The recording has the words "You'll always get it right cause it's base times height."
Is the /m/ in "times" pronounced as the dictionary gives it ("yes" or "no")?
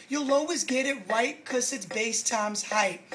yes